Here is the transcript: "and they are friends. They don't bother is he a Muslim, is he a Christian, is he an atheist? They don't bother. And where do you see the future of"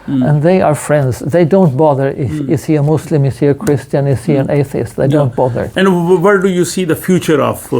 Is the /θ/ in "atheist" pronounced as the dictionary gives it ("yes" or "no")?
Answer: yes